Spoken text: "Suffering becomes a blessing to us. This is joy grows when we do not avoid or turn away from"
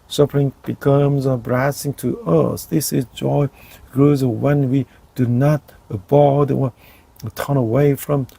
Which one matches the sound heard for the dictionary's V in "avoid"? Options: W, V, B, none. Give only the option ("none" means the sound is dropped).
B